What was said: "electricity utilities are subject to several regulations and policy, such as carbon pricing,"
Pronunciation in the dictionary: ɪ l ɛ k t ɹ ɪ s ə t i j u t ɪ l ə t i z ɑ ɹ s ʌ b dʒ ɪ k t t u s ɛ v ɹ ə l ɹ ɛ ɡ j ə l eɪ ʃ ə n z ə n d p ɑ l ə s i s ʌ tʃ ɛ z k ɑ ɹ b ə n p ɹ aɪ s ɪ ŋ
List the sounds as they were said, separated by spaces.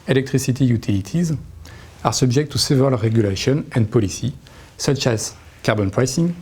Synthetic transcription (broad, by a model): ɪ l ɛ k t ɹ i s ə t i j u t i l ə t i z ɑ ɹ s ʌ b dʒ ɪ k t t u s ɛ v ə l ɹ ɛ ɡ j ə l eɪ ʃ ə n ə n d p ɑ l ə s i s ʌ tʃ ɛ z k ɑ ɹ b ə n p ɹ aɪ s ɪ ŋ